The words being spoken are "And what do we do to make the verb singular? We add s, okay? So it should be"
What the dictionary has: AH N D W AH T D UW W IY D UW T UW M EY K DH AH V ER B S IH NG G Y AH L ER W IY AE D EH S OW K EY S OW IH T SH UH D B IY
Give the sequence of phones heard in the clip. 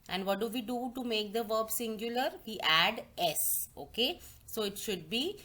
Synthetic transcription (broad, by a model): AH N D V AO T D UW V IY D UW T UW M EY K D AH V ER B S IH NG G Y AH L ER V IY AE D EH S OW K EY S OW IH T SH UH D B IY